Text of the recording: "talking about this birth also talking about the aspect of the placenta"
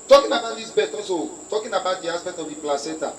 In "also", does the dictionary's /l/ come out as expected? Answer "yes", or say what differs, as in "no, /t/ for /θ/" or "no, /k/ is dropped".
no, /l/ is dropped